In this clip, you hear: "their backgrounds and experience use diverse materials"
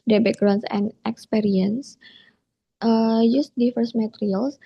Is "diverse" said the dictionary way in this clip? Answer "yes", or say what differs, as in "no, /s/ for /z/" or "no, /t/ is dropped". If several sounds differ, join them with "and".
no, /f/ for /v/